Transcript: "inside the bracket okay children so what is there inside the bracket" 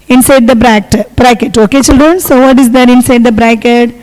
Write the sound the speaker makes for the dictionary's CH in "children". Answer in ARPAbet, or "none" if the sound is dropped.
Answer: CH